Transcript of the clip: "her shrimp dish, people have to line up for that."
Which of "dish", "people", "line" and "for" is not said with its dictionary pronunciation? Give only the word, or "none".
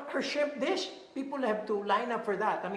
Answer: dish